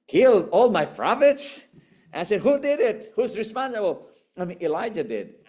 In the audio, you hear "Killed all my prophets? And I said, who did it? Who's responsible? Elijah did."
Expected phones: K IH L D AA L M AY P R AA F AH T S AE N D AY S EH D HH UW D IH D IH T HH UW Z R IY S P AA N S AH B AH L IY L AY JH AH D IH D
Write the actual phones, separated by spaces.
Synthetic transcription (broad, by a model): K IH L D AA L M AY P R AA F AH T S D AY S EH D HH UW D IH D IH T HH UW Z R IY S P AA N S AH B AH N IY L AY JH AH D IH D